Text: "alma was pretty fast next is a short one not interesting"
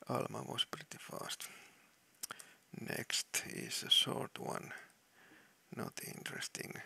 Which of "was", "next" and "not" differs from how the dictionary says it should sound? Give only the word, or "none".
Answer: was